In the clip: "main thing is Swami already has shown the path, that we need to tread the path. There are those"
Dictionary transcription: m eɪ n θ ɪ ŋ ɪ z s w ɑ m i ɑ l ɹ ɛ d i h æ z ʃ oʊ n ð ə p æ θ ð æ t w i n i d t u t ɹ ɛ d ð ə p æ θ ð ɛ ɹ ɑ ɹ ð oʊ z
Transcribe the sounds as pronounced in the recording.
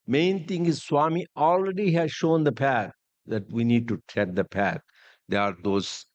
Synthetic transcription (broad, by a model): m eɪ n t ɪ ŋ ɪ z s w ɑ m i ɑ l ɹ ɛ d i h æ z ʃ oʊ n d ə p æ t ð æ t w i n i d t u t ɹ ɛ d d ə p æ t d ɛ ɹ ɑ ɹ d oʊ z